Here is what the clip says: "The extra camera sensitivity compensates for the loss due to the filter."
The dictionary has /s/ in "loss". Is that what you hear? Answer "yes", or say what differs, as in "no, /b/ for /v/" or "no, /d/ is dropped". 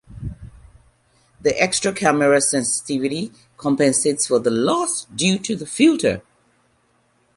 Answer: yes